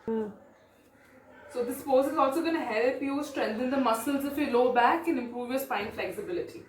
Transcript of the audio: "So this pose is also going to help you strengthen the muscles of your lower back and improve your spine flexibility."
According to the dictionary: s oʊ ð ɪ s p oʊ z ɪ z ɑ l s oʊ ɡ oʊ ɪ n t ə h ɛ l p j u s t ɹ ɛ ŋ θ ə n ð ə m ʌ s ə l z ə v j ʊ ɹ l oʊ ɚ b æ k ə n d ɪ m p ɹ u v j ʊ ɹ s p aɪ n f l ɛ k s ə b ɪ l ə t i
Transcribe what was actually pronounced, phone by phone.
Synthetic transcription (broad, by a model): s oʊ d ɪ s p oʊ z ɪ z ɑ l s oʊ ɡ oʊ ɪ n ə h ɛ l p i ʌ s t ɹ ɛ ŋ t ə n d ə m ʌ s ə l z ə f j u l oʊ b æ k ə n ɪ m p ɹ u v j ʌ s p aɪ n f l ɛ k s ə b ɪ l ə t i